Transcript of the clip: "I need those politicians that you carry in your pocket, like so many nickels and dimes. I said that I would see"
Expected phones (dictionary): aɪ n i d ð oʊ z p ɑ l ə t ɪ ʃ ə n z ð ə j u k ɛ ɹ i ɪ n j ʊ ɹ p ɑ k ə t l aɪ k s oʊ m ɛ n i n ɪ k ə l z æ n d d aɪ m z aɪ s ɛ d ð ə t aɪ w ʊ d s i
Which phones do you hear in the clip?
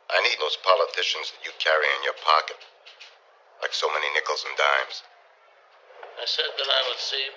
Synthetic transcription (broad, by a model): aɪ n i d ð oʊ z p ɑ l ə t ɪ ʃ ə n z ð ə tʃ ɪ k ɛ ɹ i ɪ n j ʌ ɹ p ɑ k ə t l aɪ k s oʊ m ɛ n i n ɪ k l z n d d aɪ m z aɪ s ɛ d ð ə t aɪ w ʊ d s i